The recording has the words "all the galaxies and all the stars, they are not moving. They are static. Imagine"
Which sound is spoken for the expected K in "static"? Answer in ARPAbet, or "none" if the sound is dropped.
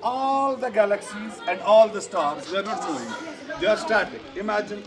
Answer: none